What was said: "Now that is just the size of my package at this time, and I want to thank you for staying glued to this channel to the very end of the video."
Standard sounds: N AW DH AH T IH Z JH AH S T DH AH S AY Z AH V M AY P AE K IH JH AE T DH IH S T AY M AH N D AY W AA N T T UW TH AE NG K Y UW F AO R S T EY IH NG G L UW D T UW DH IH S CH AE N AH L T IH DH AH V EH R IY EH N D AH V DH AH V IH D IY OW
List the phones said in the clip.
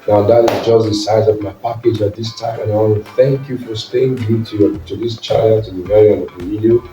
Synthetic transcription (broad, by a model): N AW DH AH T IH Z JH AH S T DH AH S AY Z AH V M AY P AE K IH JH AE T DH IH S T AY M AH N AY W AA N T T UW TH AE NG K Y UW F AO R S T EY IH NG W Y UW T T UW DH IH S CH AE AH N T IH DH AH V EH R IY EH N AH V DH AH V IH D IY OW